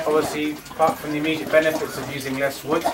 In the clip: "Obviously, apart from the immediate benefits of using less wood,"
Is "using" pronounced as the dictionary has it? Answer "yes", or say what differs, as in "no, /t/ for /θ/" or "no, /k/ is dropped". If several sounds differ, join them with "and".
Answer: yes